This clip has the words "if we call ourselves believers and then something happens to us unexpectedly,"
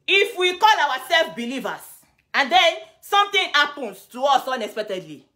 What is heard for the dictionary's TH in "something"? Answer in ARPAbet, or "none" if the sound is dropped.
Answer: T